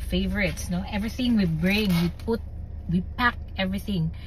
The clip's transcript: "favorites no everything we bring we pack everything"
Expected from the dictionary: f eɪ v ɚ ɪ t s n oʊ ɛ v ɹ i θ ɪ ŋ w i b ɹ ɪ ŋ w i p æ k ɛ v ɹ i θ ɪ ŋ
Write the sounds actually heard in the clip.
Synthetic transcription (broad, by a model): f eɪ v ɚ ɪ t s n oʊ ɛ v ɹ i θ ɪ ŋ w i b ɹ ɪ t w i p æ k ɛ v ɹ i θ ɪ ŋ